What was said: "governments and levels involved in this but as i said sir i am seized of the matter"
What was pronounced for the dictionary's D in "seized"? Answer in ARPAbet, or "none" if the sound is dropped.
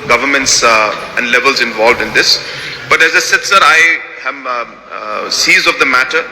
none